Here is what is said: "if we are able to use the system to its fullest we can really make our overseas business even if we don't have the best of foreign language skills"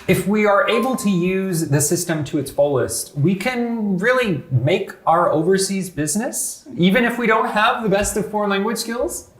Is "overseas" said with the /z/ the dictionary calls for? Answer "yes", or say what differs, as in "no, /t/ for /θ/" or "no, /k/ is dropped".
yes